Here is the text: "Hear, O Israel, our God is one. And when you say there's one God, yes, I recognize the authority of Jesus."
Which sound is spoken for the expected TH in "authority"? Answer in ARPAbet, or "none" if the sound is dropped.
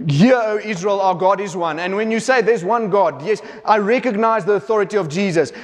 TH